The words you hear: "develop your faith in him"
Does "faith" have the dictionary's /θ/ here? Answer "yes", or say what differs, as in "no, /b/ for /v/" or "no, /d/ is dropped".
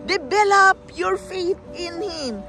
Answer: no, /t/ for /θ/